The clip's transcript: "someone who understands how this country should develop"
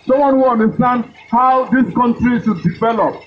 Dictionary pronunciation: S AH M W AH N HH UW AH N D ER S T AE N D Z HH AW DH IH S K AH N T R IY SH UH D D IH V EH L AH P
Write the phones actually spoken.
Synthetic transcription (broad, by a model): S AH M W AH N HH UW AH N D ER S T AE N D HH AW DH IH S K AH N T R IY S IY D D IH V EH L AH P